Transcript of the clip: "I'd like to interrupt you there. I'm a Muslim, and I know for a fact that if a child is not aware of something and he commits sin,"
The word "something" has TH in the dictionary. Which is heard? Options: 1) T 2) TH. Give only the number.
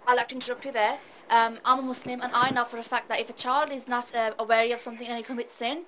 2